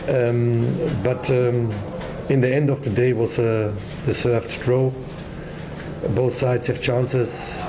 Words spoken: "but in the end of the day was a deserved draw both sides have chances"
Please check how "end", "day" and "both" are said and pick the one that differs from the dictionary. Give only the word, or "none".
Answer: none